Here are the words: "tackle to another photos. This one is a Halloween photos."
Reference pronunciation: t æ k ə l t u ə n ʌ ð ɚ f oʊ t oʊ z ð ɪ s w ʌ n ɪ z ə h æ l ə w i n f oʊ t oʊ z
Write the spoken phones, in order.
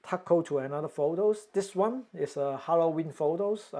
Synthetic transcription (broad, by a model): t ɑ k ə t u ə n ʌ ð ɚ f oʊ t oʊ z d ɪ s w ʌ n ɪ s ə h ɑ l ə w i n f oʊ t oʊ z